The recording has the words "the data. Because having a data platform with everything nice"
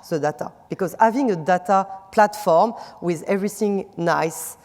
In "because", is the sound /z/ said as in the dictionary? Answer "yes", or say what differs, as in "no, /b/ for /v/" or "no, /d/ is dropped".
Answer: yes